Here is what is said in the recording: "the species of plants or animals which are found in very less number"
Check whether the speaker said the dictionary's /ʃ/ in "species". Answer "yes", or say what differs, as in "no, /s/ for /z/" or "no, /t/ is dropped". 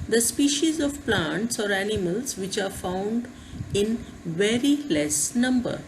yes